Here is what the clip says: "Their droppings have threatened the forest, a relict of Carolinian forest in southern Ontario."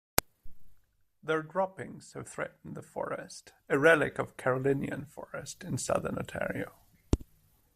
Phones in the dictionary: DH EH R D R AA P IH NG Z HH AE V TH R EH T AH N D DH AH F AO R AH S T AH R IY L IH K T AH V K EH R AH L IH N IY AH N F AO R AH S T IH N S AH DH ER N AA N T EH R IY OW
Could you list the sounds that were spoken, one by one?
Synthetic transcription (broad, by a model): DH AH R D R AA P IH NG Z HH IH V TH R EH T N DH AH F AO R AH S T AH R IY L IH K AH V K EH R AH L IH N IY AH N F AO R AH S T IH N S AH DH ER N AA T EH R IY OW